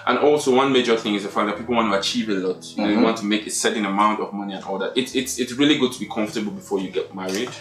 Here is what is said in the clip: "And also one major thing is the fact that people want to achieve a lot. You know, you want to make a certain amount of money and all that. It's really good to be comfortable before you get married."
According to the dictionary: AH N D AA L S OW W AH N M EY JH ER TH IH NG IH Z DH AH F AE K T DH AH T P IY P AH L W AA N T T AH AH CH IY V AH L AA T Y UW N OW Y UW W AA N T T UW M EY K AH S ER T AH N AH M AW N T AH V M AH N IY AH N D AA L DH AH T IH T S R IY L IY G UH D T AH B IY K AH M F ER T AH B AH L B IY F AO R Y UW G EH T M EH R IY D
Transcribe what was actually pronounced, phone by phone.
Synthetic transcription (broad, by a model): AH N AA L S OW W AH N M EY JH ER TH IH NG IH Z DH AH F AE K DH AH T P IY P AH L W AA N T T AH AH CH IY V AH L AA T Y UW N OW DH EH W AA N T T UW M EY K AH S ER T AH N AH M AW N T AH V M AH N IY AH N AA L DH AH T IH T S R IY L IY G UH D T AH B IY K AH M F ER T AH B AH L B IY F AO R Y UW G EH T M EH R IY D